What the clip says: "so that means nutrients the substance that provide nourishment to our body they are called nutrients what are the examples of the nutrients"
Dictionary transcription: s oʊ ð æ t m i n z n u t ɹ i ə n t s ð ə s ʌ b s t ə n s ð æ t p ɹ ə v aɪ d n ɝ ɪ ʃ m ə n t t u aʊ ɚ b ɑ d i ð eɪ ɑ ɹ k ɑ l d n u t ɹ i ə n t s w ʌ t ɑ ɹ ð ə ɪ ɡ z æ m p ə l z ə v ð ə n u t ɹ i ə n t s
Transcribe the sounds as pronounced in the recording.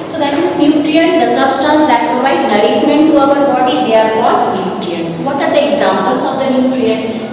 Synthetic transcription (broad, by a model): s oʊ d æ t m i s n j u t ɹ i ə n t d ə s ʌ b s t ə n s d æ t p ɹ ə v aɪ d n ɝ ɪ s m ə n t t u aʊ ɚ b ɑ d i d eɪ ɑ ɹ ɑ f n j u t ɹ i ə n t s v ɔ t ɑ ɹ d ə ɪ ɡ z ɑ m p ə l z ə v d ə n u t ɹ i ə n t